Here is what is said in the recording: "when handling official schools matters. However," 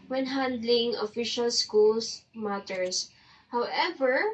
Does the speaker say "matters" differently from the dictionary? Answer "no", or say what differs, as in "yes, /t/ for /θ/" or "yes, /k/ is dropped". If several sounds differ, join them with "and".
yes, /s/ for /z/